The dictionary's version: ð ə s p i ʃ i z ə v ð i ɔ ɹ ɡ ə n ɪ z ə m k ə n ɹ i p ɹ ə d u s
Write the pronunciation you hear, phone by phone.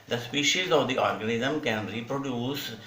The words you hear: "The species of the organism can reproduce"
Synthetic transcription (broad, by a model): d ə s p i ʃ i z ə v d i ɔ ɹ ɡ ə n ɪ z ə m k ə n ɹ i p ɹ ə d u s